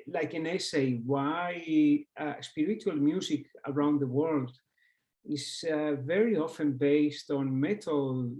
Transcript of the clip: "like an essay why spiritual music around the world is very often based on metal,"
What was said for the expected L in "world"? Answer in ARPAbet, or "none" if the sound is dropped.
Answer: L